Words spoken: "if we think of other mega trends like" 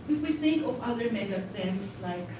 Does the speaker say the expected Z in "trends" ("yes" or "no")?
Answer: no